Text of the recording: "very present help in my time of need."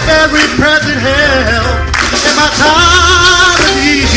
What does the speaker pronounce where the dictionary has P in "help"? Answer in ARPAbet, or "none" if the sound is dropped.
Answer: none